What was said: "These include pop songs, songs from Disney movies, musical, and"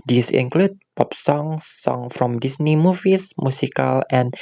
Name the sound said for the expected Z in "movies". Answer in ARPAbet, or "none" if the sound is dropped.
S